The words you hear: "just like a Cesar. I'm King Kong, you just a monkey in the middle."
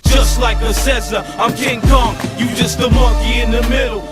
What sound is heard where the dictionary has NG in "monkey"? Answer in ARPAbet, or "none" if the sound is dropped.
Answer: none